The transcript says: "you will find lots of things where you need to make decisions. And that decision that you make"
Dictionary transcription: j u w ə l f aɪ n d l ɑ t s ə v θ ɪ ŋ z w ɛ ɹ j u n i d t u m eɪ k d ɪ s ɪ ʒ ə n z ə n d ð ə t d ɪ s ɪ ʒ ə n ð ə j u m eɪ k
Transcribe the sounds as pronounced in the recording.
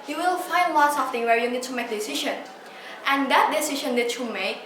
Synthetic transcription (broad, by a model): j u w ə l f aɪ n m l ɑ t s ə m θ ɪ ŋ w ɛ ɹ j u n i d t u m eɪ k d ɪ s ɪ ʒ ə n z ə n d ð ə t d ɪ s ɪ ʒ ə n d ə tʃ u m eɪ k